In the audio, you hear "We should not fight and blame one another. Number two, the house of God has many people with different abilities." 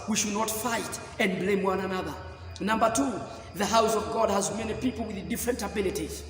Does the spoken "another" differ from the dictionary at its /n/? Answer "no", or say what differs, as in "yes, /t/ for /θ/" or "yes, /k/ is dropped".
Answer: no